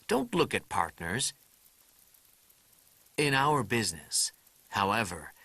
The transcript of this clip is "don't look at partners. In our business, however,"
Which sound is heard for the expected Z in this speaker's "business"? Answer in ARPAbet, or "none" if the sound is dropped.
Z